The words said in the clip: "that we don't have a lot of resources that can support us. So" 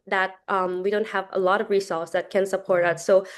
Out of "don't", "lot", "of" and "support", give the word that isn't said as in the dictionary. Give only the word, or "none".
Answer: none